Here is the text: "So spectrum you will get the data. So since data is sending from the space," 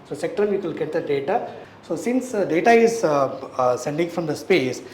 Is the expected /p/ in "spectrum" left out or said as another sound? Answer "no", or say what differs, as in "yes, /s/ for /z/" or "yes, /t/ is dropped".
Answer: yes, /p/ is dropped